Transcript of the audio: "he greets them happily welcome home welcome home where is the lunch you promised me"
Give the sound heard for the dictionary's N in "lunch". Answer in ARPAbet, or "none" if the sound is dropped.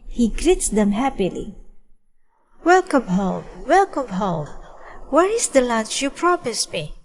none